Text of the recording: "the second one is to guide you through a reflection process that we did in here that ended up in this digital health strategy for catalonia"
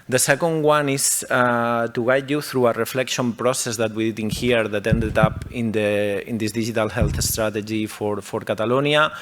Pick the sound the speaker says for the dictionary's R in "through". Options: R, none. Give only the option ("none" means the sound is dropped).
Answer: R